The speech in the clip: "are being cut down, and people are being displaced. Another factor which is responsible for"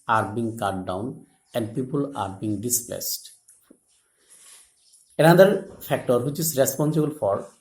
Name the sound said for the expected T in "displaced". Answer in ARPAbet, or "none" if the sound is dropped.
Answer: T